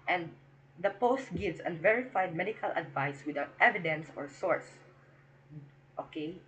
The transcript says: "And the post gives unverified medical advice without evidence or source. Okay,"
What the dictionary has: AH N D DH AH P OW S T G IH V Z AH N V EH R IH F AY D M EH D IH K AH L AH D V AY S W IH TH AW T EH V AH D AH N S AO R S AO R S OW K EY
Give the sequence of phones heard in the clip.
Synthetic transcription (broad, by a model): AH N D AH P OW S T G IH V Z AH N V EH R IH F AY D M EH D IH K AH L AH D V AY S W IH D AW T EH V AH D AH N S AO R S AO R S OW K EY